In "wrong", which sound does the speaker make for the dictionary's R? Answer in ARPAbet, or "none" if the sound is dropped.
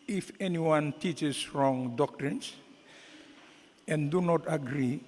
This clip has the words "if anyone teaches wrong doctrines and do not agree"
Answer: R